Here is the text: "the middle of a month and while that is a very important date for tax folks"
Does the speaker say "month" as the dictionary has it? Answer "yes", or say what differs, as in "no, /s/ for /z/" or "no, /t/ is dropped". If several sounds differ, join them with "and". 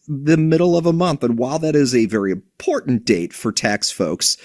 yes